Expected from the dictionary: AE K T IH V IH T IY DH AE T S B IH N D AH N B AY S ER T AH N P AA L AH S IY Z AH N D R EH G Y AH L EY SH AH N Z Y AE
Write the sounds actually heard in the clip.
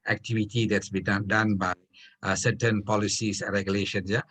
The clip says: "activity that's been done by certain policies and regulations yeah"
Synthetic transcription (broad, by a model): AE K T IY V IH T IY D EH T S B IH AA D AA N B AY S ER T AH N P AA L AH S IY S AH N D R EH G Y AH L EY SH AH N S Y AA